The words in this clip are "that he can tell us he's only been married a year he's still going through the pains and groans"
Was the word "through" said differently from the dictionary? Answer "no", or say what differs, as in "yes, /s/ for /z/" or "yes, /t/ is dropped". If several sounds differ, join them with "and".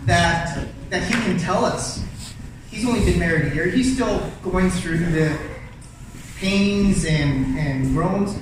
no